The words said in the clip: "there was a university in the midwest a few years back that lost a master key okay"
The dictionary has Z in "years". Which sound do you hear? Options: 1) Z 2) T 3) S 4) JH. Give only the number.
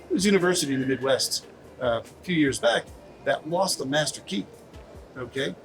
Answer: 1